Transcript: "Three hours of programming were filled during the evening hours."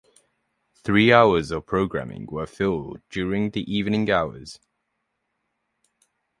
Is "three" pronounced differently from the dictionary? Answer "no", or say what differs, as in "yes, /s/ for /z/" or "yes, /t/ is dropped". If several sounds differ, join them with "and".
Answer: no